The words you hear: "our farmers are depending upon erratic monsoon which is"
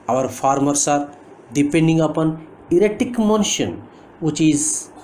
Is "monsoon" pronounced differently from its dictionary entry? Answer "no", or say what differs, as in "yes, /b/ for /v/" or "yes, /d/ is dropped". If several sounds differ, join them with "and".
yes, /ʃ/ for /s/